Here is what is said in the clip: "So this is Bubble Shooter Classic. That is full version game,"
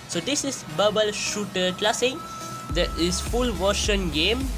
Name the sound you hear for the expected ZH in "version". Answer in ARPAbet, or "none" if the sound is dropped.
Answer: SH